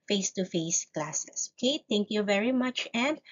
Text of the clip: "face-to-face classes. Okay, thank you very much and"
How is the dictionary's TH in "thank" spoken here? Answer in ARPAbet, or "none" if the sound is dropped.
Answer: T